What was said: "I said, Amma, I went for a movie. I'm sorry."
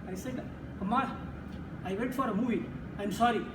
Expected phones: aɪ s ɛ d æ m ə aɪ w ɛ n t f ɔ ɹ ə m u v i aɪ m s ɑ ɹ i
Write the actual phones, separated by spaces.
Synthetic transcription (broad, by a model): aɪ s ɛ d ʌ m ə aɪ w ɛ t f ɔ ɹ ə m u v i aɪ m s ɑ ɹ i